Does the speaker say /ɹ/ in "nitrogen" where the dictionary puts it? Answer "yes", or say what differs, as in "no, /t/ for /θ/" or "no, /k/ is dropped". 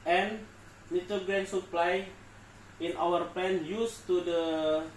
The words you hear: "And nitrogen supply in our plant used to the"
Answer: no, /ɹ/ is dropped